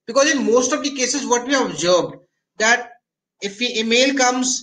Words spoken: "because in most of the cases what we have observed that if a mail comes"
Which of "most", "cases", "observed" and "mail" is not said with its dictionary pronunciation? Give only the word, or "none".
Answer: observed